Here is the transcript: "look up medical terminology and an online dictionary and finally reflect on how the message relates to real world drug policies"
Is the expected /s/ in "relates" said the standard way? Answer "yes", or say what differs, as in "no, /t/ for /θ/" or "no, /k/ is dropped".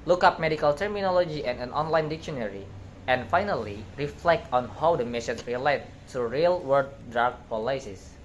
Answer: no, /s/ is dropped